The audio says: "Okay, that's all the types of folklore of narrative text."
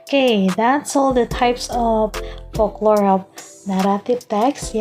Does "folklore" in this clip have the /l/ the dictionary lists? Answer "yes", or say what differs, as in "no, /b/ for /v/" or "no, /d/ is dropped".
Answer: yes